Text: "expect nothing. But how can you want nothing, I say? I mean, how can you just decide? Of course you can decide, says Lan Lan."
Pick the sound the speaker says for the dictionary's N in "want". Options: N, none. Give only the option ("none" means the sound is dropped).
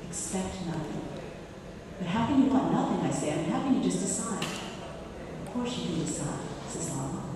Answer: none